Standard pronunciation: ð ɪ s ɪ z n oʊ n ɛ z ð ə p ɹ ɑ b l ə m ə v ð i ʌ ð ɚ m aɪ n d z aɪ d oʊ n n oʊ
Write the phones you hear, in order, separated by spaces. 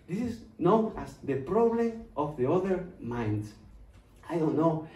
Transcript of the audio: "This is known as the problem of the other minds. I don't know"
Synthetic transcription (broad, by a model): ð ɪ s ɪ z n oʊ n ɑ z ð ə p ɹ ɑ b l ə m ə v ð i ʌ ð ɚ m aɪ n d aɪ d oʊ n n oʊ